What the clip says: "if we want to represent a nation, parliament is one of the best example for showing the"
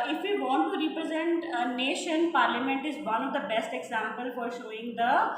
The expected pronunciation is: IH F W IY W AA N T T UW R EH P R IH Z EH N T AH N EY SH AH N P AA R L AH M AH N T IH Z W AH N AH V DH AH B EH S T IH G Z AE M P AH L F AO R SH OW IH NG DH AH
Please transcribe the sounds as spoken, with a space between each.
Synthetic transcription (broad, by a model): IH F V IY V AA N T T UW R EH P R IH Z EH N T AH N EY SH AH N P AA R L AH M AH N T IH Z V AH N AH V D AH B EH S T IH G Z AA M P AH L F AO R SH OW IH NG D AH